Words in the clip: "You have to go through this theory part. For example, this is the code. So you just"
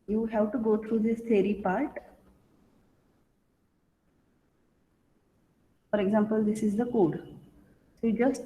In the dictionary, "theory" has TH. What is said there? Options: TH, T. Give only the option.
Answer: T